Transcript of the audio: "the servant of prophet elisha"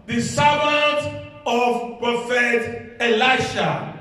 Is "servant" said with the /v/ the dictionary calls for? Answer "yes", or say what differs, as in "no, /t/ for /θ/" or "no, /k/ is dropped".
no, /b/ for /v/